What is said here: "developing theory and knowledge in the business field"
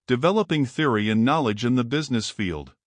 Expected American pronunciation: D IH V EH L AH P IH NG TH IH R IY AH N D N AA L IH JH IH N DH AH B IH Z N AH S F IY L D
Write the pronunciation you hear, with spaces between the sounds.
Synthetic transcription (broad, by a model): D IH V EH L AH P IH NG TH IH R IY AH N N AA L IH JH IH N DH AH B IH Z N AH S F IY L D